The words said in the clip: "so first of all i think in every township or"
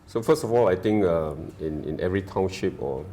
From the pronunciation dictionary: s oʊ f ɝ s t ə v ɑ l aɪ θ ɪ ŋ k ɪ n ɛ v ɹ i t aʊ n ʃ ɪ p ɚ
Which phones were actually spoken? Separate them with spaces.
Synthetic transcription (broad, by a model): s oʊ f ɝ s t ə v ɑ l aɪ t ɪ ŋ k ɪ n ɛ v ɹ i t aʊ n ʃ ɪ p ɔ